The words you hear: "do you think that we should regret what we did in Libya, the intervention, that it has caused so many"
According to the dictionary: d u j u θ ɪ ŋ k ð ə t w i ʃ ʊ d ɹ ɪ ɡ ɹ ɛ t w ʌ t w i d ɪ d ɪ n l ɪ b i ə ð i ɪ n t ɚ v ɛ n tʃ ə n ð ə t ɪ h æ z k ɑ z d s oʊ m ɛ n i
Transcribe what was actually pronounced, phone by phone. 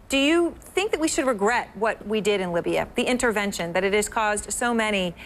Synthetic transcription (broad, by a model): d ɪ j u θ ɪ ŋ k ð ə t w i ʃ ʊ d ɹ ɪ ɡ ɹ ɛ t w ʌ t w i d ɪ d ɪ n l ɪ b i ə ð i ɪ n t ɚ v ɛ n ʃ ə n ð ə t ɪ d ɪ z k ɑ z d s oʊ m ɛ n i